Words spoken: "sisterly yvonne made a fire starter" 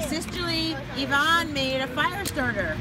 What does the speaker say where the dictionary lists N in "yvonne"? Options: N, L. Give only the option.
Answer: N